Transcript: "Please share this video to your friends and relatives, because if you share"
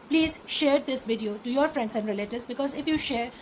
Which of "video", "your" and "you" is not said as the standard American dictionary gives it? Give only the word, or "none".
none